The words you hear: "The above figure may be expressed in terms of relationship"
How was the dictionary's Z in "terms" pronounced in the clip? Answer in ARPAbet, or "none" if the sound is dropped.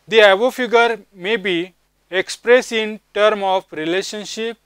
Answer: none